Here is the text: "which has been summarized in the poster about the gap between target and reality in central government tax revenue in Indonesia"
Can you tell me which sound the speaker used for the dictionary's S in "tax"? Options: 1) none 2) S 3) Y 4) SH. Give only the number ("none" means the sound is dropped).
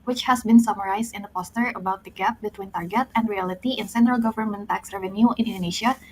2